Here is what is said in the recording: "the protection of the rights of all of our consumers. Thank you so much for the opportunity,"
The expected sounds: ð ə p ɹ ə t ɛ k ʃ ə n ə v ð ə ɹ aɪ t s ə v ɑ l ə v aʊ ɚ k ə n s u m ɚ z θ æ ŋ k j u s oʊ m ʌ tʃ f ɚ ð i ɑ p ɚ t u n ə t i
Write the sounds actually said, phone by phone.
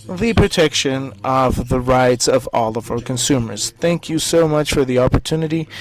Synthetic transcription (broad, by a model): ð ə p ɹ ə t ɛ k ʃ ə n ə v ð ə ɹ aɪ t s ə v ɑ l ə v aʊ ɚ k ə n s u m ɚ z θ æ ŋ k j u s oʊ m ʌ tʃ f ɚ ð i ɑ p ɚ t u n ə t i